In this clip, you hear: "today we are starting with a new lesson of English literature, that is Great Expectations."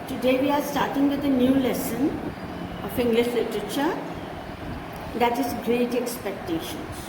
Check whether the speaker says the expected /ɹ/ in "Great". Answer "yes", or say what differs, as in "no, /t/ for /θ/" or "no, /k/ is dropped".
yes